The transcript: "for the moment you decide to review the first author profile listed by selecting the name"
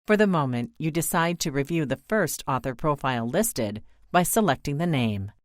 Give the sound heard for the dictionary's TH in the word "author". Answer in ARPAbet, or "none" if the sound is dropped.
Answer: TH